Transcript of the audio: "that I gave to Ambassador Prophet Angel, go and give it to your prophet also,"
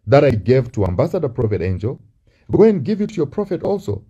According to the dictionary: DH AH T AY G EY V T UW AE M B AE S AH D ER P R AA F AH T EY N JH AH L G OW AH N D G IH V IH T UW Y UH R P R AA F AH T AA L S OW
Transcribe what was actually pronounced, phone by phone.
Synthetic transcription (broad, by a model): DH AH T AY G EY V T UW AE M B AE S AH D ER P R AA F AH T EY N JH AH L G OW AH N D G IH V IH T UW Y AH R P R AA F AH T AA L S OW